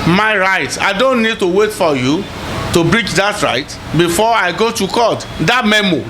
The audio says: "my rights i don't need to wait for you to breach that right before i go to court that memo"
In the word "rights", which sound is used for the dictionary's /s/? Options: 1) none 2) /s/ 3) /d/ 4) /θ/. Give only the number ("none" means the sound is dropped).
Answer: 1